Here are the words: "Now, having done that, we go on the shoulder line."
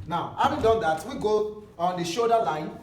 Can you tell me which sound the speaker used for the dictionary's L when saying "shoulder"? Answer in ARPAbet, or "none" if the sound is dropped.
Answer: none